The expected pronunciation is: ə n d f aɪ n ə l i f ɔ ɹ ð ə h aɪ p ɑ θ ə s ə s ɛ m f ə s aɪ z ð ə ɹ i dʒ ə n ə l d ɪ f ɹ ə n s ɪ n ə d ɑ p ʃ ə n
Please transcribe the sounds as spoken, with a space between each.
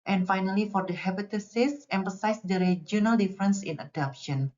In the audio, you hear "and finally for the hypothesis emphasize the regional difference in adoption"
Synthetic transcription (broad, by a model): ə n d f aɪ n ə l i f ɔ ɹ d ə h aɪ b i t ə s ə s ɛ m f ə s aɪ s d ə ɹ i dʒ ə n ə l d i f ɹ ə n s ɪ n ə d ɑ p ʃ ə n